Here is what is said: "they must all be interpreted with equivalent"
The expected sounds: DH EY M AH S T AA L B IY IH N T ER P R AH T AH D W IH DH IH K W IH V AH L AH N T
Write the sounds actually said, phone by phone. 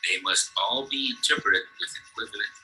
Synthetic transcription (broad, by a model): DH EY M AH S T AA L B IY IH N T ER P AH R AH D W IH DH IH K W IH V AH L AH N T